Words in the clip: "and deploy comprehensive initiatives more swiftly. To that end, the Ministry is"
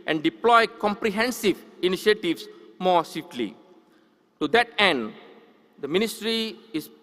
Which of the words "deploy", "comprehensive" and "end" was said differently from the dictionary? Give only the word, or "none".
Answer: none